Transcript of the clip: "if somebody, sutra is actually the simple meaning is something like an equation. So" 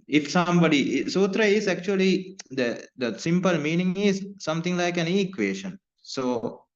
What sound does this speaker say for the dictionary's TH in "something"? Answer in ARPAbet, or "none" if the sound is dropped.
T